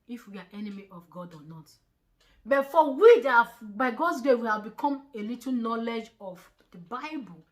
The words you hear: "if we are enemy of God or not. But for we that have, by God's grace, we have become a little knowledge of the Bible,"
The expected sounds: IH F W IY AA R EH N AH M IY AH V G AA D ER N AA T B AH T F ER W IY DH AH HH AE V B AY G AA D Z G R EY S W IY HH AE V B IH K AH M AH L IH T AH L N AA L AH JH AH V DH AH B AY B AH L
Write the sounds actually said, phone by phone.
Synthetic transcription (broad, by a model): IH F W IY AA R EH N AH M IY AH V G AA D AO N AA T B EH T F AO W IY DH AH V B AY G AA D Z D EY W IY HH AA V B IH K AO M AH L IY T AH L N AA L AH JH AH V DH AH B AY B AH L